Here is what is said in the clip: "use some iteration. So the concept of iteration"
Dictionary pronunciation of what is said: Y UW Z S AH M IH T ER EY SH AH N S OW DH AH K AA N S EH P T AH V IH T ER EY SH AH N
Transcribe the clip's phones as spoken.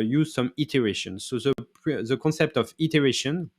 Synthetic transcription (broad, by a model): Y UW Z S AH M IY T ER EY SH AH N S OW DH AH K AA N S EH P T AH V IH T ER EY SH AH N